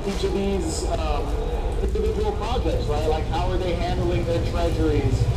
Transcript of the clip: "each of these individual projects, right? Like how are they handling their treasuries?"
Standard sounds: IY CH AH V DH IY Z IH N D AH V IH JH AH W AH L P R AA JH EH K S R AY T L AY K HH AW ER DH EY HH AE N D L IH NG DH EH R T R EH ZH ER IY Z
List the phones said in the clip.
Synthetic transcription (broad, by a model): IY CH AH V DH IY Z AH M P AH IH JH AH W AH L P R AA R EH S R AY T L AY K HH AW ER DH EY HH AE N D L IH NG DH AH R T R EH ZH ER IY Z